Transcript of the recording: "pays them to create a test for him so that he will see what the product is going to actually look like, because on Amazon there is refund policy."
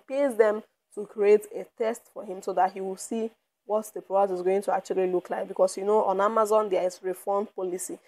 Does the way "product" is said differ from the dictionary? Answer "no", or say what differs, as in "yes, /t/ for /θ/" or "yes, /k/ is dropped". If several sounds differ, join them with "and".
yes, /k/ is dropped